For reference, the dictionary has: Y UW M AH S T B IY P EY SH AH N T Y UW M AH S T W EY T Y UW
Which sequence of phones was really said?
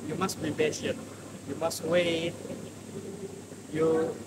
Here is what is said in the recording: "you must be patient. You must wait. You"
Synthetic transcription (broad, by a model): Y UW M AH S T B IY B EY S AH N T Y UW M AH S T W EY T Y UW